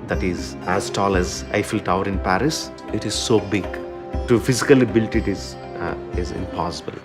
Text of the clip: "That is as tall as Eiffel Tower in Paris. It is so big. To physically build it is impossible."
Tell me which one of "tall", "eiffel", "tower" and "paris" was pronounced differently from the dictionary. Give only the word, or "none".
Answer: none